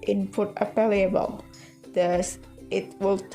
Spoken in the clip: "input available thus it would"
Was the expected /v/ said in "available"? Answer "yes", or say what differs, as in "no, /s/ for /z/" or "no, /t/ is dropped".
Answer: no, /p/ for /v/